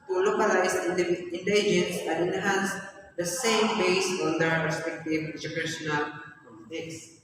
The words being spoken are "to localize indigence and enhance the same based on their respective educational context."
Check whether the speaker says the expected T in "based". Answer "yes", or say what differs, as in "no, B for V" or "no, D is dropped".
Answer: no, T is dropped